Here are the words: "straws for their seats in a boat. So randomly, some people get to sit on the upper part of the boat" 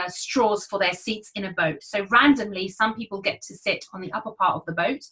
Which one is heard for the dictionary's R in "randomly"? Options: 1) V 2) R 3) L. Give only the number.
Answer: 2